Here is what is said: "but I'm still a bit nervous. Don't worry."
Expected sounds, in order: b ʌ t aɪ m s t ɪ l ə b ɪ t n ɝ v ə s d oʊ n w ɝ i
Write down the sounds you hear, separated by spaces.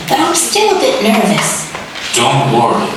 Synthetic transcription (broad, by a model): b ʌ t aɪ m s t ɪ l ə b ɪ t n ɝ v ə s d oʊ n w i